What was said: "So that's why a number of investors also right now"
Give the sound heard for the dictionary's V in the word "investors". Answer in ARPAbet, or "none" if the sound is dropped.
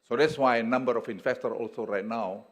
F